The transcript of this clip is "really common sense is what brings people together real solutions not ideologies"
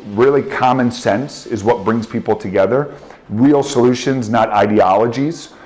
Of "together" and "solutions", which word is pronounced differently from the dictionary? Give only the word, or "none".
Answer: none